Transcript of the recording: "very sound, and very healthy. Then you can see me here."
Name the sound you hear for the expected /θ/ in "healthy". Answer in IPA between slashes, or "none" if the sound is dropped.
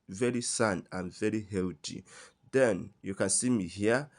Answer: /t/